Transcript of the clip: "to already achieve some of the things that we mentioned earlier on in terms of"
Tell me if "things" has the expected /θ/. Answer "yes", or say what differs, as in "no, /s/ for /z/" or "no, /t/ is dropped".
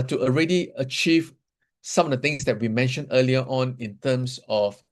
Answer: no, /t/ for /θ/